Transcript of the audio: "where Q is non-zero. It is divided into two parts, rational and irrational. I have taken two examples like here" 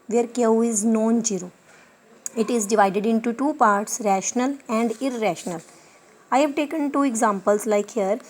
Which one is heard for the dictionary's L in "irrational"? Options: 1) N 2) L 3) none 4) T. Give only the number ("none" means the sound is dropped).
2